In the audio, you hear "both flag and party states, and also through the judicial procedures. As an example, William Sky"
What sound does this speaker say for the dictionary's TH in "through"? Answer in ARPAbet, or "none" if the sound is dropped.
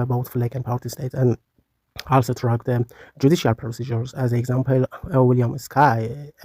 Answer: T